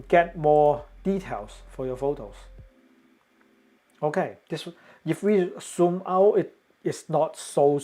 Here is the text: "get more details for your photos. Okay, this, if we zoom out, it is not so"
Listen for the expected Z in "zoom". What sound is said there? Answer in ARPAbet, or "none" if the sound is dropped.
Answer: S